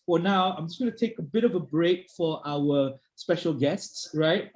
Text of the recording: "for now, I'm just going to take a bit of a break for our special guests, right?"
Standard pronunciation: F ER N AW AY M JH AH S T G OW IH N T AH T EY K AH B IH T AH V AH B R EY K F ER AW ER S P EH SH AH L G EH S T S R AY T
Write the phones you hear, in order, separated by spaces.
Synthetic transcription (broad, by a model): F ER N AW AY M JH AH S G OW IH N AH T EY K AH B IH T AH V AH B R EY K F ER AW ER S P EH SH AH L G EH S T S R AY T